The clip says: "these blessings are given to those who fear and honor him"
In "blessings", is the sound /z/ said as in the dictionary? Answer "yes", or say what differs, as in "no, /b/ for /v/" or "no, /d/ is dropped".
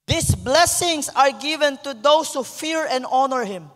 no, /s/ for /z/